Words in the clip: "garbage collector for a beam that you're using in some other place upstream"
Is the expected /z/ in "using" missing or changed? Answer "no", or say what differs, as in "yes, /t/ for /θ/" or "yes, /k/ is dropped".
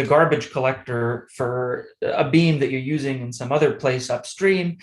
no